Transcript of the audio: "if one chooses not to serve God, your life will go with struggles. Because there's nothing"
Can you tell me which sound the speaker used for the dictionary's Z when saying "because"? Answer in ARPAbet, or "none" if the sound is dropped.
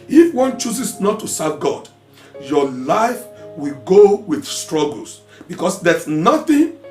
S